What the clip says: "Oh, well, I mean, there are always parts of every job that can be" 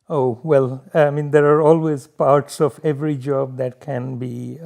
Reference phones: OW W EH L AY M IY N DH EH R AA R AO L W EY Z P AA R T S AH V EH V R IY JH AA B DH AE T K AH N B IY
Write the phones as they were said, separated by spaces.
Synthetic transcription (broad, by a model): OW W EH L AY M IY N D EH R AA R AO L W EY Z P AA R T S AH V EH V R IY JH AA B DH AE T K AH N B IY